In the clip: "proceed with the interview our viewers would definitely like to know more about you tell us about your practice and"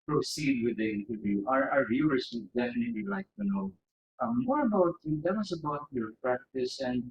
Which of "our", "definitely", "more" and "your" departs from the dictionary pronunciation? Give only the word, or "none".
none